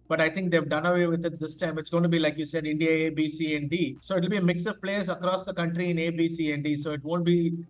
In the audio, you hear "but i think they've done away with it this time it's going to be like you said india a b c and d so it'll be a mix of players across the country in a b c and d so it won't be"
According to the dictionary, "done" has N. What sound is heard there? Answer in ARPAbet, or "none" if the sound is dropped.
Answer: N